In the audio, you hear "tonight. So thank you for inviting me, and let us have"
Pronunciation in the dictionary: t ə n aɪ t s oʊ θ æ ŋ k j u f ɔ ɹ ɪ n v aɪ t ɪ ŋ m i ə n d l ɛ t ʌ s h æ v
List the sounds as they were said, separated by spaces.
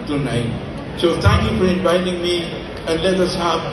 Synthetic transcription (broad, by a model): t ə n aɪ s oʊ t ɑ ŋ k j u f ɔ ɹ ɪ n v aɪ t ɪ ŋ m i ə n l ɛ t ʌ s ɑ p